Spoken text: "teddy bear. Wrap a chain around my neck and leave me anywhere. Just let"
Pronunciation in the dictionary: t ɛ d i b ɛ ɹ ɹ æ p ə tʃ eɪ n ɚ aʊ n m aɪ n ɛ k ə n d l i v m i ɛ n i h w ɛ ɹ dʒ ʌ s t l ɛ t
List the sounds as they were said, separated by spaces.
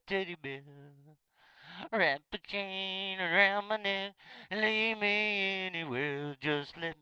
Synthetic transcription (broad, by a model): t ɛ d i b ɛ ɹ ɹ æ p ə tʃ eɪ n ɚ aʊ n m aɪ n ɛ k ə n l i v m i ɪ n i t w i l dʒ ʌ s t l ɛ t